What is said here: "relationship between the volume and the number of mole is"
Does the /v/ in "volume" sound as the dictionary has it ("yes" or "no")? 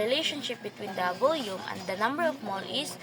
no